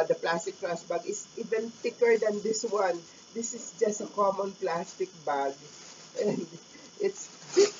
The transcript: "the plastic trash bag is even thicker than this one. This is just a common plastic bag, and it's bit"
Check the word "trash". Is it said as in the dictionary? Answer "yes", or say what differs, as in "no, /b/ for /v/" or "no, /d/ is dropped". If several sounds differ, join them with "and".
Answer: no, /s/ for /ʃ/